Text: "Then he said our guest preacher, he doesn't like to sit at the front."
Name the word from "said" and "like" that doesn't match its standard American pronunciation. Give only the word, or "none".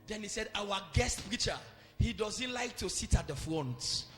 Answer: none